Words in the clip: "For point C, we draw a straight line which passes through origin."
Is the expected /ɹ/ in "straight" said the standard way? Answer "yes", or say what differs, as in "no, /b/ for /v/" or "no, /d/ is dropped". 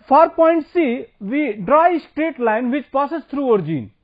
yes